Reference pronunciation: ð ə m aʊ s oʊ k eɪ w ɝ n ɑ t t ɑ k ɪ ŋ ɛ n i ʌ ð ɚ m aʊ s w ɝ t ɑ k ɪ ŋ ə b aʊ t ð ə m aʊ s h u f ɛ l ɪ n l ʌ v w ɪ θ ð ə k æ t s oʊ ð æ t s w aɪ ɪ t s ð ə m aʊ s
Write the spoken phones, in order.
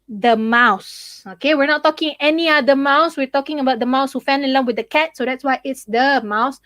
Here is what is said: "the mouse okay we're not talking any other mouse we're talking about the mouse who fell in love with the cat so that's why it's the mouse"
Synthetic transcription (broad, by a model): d ə m aʊ s oʊ k eɪ w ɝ n ɑ t t ɑ k ɪ ŋ ɛ n i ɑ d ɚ m aʊ s w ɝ t ɑ k ɪ ŋ ə b aʊ t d ə m aʊ s h u f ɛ n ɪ l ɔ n w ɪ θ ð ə k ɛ t s oʊ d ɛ t s w aɪ ɪ t s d ə m aʊ s